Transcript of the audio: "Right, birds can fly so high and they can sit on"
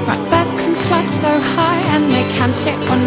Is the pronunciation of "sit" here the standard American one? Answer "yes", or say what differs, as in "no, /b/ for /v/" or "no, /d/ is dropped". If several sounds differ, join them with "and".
no, /ʃ/ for /s/